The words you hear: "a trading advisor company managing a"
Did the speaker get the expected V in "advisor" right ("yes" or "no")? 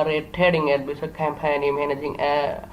no